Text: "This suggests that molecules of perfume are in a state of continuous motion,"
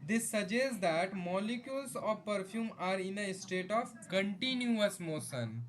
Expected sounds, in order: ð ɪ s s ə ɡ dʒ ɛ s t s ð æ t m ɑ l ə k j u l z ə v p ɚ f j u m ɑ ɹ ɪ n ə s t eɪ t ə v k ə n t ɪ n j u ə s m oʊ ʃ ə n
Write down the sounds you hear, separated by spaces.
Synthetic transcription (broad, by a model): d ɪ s s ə dʒ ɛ s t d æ t m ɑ l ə k j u l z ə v p ɚ f j u m ɑ ɹ ɪ n ə s t eɪ t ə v k ə n t ɪ n j u ə s m oʊ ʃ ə n